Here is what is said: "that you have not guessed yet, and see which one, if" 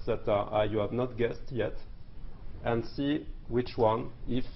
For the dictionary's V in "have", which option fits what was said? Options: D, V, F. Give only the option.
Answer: V